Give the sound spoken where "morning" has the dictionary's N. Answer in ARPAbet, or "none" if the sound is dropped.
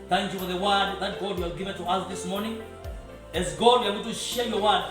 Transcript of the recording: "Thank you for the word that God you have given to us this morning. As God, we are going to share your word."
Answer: N